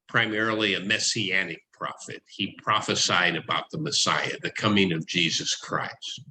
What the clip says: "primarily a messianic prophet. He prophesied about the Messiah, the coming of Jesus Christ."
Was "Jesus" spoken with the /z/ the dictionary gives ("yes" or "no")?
yes